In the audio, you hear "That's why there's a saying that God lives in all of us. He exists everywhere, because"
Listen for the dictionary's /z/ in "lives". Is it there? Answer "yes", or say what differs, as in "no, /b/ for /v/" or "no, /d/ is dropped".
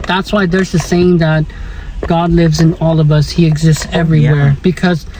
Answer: yes